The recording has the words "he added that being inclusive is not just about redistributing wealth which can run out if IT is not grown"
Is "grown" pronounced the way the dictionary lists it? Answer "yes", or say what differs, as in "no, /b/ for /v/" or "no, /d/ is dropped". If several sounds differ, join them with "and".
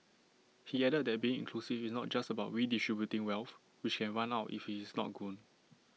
no, /ɹ/ is dropped